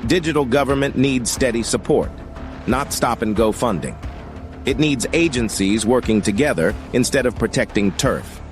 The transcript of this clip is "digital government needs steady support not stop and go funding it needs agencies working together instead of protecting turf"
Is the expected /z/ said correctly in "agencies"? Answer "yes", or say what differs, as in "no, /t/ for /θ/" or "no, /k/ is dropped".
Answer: yes